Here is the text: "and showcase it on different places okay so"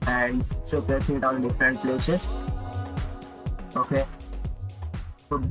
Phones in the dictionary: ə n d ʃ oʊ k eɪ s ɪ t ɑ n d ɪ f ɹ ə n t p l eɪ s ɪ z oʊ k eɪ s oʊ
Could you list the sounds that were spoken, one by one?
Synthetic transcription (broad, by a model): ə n d s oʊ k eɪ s ɪ t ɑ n d ɪ f ɹ ə n t p l eɪ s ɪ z oʊ k eɪ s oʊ